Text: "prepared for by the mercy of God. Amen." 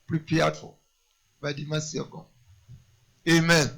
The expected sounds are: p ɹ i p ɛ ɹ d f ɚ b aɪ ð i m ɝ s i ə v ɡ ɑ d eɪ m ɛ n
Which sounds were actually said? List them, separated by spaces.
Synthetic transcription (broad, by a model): p ɹ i p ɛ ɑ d f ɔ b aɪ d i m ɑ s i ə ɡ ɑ eɪ m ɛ n